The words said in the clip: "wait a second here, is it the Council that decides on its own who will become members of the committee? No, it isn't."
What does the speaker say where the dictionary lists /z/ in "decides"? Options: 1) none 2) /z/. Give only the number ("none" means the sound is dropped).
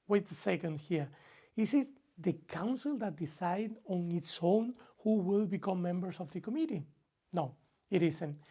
1